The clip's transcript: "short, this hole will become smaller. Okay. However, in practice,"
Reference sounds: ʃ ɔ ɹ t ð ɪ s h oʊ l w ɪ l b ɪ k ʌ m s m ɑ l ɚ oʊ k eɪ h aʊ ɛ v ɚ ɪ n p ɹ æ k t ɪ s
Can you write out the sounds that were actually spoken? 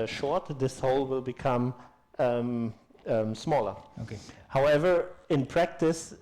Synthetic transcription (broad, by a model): ʃ ɔ ɹ t ð ɪ s h oʊ l w ɪ l b ɪ k ʌ m s m ɑ l ɚ oʊ k eɪ h aʊ ɛ v ɚ ɪ n p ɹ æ k t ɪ s